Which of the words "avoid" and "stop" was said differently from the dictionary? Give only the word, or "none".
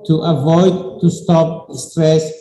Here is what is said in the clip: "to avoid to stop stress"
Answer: none